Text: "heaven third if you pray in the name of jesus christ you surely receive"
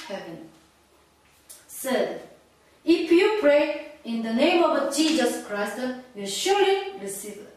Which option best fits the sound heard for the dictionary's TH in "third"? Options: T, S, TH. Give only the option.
S